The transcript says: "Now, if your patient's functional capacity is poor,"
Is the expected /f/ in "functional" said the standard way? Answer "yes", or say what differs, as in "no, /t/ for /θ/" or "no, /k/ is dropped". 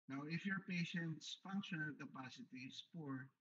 yes